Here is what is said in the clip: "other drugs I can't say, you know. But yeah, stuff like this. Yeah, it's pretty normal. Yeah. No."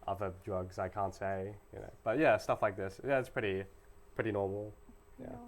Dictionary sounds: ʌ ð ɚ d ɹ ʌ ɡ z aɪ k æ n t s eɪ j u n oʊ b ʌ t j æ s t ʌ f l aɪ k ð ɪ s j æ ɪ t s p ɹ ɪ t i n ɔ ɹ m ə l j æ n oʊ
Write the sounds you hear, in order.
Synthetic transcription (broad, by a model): ʌ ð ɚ d ɹ ʌ ɡ z aɪ k æ n t s eɪ j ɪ n oʊ b ʌ t j æ s t ʌ f l aɪ k ð ɪ s j æ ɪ t s p ɹ ɪ t i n ɔ ɹ m l j æ